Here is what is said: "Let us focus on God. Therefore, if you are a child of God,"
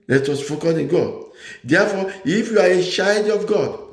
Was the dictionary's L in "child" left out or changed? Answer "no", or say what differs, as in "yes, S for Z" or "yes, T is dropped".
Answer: yes, L is dropped